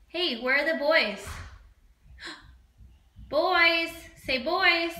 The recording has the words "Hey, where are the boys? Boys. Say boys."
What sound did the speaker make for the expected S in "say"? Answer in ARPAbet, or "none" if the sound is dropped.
S